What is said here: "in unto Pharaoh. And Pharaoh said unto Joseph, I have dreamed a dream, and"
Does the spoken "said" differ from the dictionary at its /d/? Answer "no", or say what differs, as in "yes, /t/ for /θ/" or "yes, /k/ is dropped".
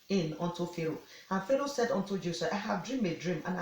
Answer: no